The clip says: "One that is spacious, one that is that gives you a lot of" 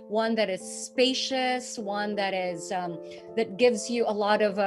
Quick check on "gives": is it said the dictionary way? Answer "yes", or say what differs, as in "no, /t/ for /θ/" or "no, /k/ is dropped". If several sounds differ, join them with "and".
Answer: yes